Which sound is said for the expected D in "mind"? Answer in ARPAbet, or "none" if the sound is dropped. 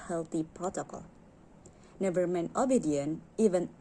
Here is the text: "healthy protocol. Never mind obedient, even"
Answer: none